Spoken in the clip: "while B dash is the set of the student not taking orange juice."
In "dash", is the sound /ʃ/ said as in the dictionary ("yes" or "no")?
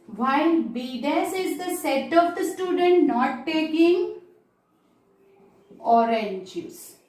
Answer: no